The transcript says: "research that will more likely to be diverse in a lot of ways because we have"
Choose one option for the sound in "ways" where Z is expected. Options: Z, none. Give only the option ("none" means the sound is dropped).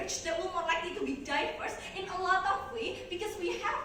none